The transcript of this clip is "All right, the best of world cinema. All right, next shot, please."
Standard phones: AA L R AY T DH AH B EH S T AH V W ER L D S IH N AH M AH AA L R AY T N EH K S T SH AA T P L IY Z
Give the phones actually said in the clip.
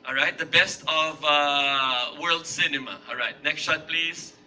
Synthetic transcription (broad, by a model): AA L R AY T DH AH B EH S T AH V W ER L D S IH N AH M AH AA L R AY T N EH K S T SH AA T P L IY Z